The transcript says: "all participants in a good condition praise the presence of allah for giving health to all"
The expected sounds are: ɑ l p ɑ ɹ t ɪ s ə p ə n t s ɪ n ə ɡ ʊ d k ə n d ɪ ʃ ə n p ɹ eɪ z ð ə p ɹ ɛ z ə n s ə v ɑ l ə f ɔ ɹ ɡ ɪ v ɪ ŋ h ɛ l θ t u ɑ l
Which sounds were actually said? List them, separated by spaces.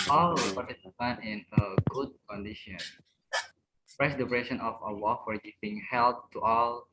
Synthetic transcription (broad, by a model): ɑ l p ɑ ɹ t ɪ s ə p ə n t ɪ n ə ɡ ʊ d k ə n d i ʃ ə n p ɹ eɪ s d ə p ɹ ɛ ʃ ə n ə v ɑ w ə f ɔ ɹ ɡ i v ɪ ŋ h ɛ l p t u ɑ l